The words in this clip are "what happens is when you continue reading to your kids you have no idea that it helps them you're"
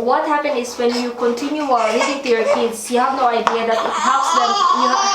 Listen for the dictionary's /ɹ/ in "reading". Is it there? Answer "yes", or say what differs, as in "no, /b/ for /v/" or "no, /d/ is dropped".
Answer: no, /w/ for /ɹ/